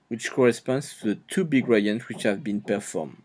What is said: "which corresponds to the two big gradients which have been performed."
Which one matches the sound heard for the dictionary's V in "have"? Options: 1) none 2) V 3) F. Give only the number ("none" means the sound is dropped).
2